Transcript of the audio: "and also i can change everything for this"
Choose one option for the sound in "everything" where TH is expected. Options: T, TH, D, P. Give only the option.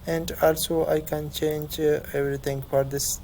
T